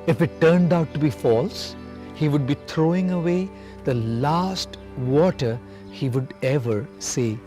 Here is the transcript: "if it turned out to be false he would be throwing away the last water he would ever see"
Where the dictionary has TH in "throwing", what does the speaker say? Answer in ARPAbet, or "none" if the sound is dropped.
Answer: T